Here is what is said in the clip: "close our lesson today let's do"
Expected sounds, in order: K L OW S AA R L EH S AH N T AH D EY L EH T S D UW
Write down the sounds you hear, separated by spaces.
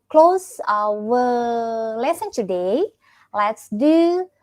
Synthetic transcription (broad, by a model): K L OW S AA W L EH S AH N T AH D EY L EH T S D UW